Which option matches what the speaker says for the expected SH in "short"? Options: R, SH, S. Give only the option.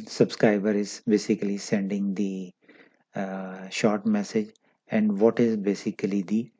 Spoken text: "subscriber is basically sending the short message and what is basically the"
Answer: SH